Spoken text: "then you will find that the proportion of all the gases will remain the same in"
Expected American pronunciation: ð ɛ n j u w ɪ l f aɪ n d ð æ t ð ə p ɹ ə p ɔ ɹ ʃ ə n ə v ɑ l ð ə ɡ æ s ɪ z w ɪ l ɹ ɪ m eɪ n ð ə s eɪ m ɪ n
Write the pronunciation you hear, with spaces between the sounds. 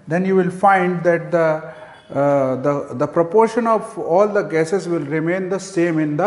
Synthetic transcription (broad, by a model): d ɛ n j u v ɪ l f aɪ n d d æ t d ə p ɹ ə p ɔ ɹ ʃ ə n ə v ɑ l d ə ɡ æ s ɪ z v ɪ l ɹ ɪ m eɪ n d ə s eɪ m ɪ n